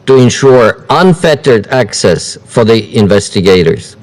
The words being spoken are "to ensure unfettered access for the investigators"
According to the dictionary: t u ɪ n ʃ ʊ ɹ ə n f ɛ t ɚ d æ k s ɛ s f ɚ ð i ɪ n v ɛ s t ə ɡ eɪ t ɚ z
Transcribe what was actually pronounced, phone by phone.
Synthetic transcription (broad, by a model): t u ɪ n ʃ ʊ ɹ ə n f ɛ t ɚ d æ k s ɛ s f ɚ ð i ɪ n v ɛ s t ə ɡ eɪ t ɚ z